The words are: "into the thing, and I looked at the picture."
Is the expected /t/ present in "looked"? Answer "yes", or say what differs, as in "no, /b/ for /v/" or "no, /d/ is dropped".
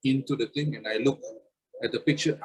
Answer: no, /t/ is dropped